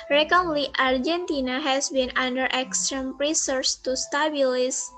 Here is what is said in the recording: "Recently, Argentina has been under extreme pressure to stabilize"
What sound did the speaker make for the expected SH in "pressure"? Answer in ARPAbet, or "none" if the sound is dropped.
S